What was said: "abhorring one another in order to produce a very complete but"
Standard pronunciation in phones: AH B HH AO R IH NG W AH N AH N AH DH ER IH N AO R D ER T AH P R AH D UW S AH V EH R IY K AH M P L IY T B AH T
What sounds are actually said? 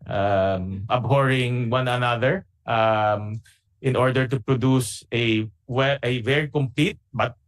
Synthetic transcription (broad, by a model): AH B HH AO R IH NG W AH N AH N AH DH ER IH N AO R D ER T AH P R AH D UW S AH V EH R IY K AH M P L IY T B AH T